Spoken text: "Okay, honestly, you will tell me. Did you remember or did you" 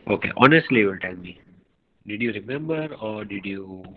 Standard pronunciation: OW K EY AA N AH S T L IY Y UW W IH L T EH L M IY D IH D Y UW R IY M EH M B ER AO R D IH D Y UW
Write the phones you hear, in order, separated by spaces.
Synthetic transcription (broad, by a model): OW K EY AA N AH S T L IY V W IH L T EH N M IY D IH D Y UW R IY M EH M B ER AO R D IH D Y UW